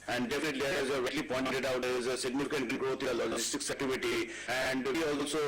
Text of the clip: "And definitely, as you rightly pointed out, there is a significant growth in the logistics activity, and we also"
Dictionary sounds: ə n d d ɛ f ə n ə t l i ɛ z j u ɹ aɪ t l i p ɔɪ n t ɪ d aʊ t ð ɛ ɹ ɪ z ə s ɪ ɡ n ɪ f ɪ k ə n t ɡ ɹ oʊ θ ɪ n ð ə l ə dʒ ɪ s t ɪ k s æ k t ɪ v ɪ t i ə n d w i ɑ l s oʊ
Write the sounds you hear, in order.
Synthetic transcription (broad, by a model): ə n d d ɛ f ə n ə t l i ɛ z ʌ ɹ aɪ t l i p ɔɪ n t ɪ d aʊ t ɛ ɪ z ə s ɪ ɡ n ɪ f ɪ k ə n t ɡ ɹ oʊ t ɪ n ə l ə dʒ ɪ s t ɪ k s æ t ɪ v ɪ t i ə n d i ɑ l s oʊ